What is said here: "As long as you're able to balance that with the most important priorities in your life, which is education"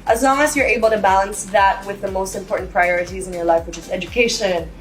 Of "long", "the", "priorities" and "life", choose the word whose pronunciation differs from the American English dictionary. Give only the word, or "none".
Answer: none